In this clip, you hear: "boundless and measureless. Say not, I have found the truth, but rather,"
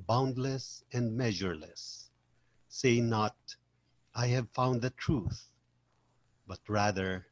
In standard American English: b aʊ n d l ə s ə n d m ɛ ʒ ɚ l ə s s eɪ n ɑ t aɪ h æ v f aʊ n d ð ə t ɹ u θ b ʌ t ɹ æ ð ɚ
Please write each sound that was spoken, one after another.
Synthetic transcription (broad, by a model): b aʊ n d l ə s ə n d m ɛ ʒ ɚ l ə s s eɪ n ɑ t aɪ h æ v f aʊ n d ð ə t ɹ u θ b ʌ t ɹ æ ð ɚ